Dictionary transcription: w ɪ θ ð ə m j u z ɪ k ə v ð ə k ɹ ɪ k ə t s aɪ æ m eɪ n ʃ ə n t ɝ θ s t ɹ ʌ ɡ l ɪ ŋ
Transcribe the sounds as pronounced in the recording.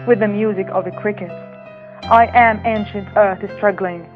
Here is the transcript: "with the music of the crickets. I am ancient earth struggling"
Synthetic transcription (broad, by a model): w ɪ ð ə m j u z ɪ k ə v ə k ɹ ɪ k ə t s aɪ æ m eɪ n ʃ ə n t ɝ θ s t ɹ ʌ ɡ l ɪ ŋ